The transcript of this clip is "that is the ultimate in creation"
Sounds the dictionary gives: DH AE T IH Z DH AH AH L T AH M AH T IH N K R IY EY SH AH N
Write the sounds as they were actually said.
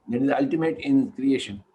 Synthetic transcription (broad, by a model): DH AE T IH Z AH AH L T AH M AH T IH N K R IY EY SH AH N